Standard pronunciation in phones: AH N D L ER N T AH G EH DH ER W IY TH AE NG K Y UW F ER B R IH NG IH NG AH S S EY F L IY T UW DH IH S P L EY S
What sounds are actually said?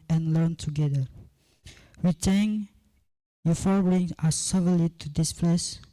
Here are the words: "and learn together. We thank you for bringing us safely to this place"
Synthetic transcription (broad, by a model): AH N L ER N T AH G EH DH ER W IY T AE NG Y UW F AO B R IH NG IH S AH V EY L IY T UW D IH S P L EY S